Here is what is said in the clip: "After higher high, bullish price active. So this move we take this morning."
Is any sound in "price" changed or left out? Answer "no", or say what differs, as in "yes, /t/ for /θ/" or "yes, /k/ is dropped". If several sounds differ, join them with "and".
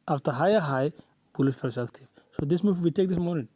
yes, /ɹ/ is dropped